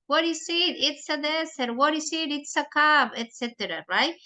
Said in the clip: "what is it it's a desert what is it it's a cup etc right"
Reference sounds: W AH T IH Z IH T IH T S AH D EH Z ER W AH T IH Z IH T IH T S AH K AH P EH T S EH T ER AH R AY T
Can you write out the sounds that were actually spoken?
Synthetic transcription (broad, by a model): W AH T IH S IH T IH T S AH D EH S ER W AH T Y S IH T IH T S AH K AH B EH T S EH T ER AH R AY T